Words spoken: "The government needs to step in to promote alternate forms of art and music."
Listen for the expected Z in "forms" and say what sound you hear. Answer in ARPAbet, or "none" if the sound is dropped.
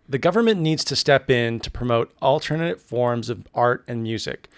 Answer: Z